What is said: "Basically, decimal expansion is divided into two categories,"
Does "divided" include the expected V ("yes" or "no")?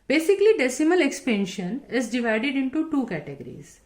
yes